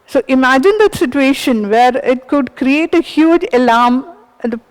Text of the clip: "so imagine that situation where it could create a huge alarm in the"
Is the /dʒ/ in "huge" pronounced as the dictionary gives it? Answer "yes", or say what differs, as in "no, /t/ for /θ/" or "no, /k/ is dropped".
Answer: yes